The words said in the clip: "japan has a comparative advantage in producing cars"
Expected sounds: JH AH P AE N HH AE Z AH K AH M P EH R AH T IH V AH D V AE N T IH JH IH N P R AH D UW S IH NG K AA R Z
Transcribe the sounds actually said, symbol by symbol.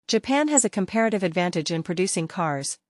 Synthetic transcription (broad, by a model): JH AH P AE N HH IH Z AH K AH M P EH R AH T IH V AH D V AE N T IH JH IH N P R AH D UW S IH NG K AA R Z